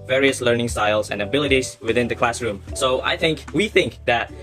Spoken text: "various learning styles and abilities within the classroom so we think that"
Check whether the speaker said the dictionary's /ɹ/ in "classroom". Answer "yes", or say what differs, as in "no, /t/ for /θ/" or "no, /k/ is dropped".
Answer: yes